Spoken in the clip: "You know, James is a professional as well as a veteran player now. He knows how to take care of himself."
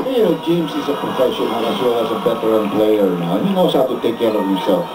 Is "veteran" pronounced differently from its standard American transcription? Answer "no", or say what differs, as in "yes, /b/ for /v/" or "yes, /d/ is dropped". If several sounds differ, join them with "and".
yes, /b/ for /v/